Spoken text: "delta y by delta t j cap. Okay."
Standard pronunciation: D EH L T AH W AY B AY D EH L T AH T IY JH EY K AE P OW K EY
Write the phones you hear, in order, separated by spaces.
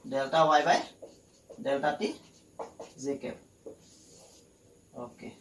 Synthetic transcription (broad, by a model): D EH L T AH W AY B AY D EH L T AH T IY Z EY K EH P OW K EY